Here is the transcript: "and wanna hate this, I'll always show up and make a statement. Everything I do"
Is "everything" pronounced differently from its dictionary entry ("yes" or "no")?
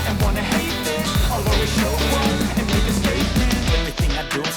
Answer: no